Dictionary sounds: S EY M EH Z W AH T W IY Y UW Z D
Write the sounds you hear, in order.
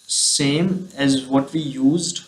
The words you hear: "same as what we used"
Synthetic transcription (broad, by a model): S EY M EH Z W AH T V IY Y UW Z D